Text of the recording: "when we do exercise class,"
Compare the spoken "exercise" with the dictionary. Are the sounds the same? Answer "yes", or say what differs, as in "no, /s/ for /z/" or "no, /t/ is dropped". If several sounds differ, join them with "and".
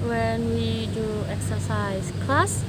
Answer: no, /s/ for /z/